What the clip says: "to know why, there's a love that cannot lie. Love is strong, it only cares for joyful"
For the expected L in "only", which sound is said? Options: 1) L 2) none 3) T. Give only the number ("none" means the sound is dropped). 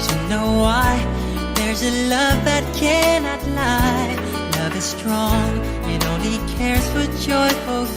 2